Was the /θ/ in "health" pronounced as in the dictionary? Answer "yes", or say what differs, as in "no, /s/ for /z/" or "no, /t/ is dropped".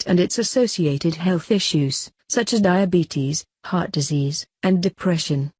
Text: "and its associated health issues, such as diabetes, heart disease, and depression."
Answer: yes